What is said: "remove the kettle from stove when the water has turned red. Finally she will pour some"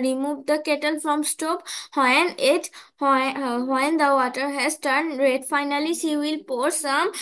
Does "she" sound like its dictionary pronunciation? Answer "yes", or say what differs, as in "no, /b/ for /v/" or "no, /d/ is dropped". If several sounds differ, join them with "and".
no, /s/ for /ʃ/